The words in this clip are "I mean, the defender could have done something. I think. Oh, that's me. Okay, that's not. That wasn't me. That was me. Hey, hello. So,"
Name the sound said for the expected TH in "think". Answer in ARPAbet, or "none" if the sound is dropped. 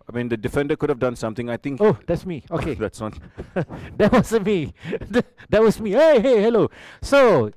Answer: T